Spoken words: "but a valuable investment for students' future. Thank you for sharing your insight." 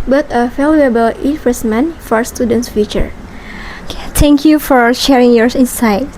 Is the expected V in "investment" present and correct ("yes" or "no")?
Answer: no